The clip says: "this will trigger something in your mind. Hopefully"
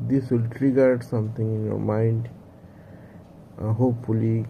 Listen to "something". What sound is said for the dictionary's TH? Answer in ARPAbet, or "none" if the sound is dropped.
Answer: T